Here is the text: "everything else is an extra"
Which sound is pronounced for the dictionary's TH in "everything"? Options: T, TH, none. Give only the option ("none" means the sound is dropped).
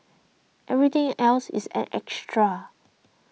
T